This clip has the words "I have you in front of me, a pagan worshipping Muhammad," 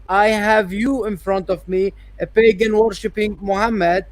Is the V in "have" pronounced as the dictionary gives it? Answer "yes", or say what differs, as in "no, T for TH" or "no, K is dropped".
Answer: yes